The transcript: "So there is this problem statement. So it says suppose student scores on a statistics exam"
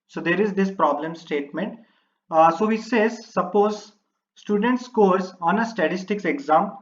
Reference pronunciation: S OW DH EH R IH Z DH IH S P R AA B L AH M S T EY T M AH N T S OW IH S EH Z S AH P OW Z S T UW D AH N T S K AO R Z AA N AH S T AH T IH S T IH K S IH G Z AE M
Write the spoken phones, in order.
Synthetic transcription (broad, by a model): S OW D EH R IH Z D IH S P R AA B L AH M S T EY T M AH N T S OW IH S EH Z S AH P OW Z S T UW D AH N T S K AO R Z AA N AH S T AH T IH S T IH K S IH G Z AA M